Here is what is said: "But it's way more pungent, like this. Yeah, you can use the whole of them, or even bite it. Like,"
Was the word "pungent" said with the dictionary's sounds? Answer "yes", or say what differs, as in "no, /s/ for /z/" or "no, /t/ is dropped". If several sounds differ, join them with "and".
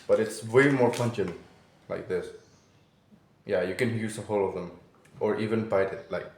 no, /tʃ/ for /dʒ/